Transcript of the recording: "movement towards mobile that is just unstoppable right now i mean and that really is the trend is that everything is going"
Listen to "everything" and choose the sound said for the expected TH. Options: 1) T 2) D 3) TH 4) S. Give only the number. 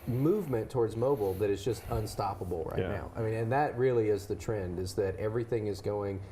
3